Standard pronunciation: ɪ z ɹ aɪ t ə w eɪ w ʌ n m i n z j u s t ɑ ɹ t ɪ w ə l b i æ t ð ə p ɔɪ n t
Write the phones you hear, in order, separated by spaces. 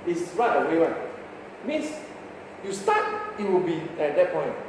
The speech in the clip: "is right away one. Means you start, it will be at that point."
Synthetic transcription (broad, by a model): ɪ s ɹ aɪ t ə w eɪ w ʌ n m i n s j u s t ɑ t ɪ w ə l b i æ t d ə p ɔɪ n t